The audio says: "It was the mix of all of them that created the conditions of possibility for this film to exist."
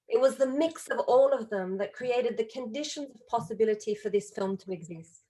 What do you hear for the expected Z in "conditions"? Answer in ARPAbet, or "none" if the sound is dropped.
Z